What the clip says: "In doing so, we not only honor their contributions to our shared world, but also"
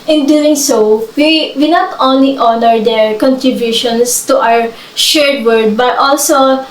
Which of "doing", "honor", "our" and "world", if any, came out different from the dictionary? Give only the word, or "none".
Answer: world